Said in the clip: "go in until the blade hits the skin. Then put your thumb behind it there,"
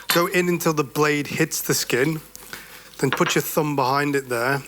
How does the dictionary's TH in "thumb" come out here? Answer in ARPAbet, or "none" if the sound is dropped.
TH